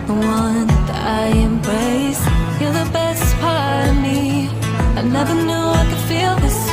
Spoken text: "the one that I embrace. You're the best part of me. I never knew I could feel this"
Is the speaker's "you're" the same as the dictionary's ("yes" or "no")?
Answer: no